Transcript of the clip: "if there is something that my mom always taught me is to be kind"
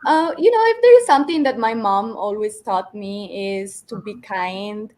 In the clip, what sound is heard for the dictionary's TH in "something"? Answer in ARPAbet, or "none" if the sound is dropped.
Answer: T